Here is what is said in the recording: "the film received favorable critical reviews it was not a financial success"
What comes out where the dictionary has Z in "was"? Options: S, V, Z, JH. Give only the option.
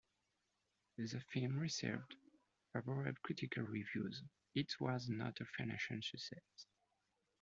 Z